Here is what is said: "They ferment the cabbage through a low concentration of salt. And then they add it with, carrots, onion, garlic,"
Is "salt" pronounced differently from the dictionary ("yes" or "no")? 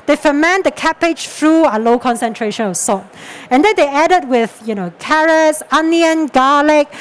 yes